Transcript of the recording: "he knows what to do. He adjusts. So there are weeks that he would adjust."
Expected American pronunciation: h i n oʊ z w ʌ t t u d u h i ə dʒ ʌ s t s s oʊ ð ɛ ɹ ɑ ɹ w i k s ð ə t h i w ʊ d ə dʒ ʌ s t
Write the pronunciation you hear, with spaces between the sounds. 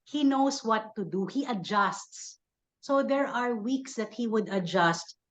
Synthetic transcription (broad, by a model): h i n oʊ s w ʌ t t u d u h i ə dʒ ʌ s t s s oʊ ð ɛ ɹ ɑ ɹ w i k s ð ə t h i w ʊ d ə dʒ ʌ s t